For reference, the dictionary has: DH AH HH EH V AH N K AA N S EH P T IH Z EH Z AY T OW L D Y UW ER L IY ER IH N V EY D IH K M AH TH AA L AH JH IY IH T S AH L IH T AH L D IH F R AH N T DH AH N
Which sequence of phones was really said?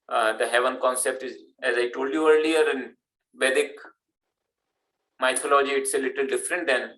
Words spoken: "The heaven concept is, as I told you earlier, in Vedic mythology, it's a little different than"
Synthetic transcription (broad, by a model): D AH HH EH V AH N K AA N S EH P T IH Z EH Z AY T OW L D Y UW ER L IY ER IH N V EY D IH K M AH T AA L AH JH IY IH T S AH L IH T AH L D IH F R AH N T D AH N